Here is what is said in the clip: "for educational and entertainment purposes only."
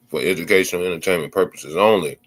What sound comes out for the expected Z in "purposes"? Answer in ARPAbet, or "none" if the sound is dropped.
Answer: Z